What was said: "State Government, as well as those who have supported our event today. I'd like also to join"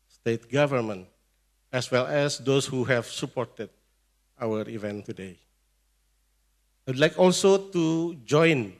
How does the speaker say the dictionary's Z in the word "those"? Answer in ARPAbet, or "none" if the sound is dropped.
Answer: S